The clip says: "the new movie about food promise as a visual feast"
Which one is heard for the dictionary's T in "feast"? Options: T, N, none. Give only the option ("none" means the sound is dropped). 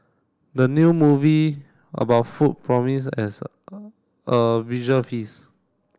none